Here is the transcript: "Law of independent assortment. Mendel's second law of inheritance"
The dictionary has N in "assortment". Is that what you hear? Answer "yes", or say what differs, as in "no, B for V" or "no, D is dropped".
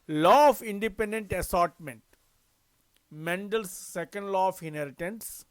yes